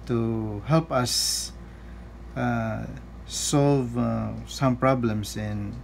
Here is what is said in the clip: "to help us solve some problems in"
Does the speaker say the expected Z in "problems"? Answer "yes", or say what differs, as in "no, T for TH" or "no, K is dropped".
no, S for Z